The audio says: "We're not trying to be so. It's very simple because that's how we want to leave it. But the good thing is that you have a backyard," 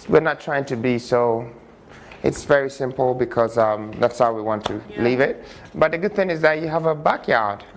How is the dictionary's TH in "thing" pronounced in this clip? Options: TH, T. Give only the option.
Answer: TH